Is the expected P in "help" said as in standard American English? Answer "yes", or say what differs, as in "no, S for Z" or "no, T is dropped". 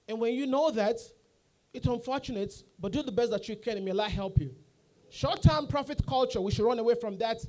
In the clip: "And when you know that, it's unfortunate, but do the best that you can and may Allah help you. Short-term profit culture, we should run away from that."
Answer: yes